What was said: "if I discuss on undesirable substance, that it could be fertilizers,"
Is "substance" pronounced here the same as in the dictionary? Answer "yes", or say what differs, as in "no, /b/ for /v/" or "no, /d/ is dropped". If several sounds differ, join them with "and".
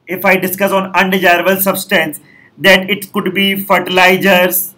yes